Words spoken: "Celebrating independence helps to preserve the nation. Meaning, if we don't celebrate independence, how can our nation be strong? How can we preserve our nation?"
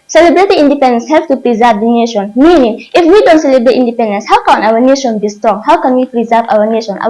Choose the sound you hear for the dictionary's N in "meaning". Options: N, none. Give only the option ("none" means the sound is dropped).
N